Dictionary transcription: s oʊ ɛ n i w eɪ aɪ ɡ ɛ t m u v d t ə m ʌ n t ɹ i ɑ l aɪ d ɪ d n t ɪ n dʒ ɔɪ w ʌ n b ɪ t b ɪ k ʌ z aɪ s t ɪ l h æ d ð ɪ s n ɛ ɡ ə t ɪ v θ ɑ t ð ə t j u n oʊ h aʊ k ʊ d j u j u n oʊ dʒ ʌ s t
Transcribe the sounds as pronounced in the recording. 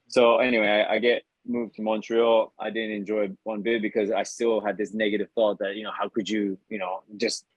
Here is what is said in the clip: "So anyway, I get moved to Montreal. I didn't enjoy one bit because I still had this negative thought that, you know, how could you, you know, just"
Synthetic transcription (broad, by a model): s oʊ ɛ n i w eɪ aɪ ɡ ɛ t m u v t ə m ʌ n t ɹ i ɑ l aɪ d ɪ d n t ɪ n dʒ ɔɪ w ʌ n b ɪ b ɪ k ʌ z aɪ s t ɪ l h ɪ d ð ɪ s n ɛ ɡ ə t ɪ v θ ɑ t ð ə t j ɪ n oʊ h aʊ k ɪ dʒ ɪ j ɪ n oʊ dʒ ʌ s t